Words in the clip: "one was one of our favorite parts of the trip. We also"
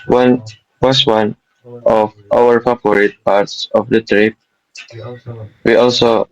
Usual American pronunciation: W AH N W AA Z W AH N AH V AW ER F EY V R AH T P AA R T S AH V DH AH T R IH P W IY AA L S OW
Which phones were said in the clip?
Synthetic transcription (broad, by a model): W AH N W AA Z W AH N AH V AW ER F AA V R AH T P AA R T S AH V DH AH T R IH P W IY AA L S OW